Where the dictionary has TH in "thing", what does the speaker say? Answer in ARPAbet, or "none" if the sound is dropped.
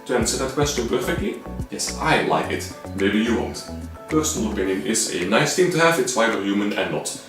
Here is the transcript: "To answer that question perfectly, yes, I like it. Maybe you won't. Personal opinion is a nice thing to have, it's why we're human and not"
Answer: T